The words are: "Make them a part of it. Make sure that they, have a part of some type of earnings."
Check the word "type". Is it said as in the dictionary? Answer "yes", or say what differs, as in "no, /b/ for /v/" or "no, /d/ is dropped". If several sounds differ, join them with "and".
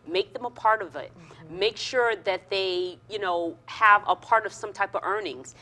yes